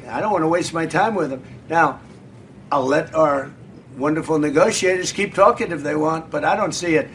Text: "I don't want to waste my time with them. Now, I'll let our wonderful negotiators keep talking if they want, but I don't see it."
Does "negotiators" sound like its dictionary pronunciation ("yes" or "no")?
yes